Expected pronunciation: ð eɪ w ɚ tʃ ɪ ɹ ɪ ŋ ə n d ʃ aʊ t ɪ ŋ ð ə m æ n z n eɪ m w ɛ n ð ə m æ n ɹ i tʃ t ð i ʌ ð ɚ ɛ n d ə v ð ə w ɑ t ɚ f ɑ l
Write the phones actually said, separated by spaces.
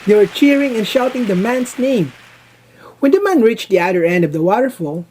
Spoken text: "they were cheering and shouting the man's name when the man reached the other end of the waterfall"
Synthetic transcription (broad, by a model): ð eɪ w ɚ tʃ ɪ ɹ ɪ ŋ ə n ʃ aʊ t ɪ ŋ ð ə m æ n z n eɪ m w ɛ n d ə m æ n ɹ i tʃ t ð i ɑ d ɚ ɛ n d ə v ð ə w ɑ t ɚ f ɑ l